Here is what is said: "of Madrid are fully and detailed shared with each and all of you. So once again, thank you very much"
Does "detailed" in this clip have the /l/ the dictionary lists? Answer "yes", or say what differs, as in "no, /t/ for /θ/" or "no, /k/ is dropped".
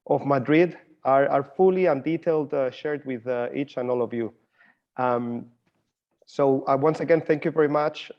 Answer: yes